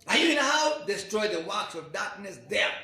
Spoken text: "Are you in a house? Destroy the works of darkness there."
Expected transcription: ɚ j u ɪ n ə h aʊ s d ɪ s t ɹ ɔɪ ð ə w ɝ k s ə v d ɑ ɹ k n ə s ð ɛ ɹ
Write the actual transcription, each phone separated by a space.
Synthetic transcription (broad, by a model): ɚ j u ɪ n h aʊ d ɪ s t ɹ ɔɪ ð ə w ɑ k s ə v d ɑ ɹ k n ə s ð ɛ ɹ